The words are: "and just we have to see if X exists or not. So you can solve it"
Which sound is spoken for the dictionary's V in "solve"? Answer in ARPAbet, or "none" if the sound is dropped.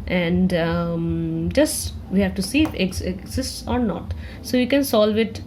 V